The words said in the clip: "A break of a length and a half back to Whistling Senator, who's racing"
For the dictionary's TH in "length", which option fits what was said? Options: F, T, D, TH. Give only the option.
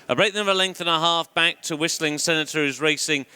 TH